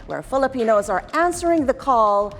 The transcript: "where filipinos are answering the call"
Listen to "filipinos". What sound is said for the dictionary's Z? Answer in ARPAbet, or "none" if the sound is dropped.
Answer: Z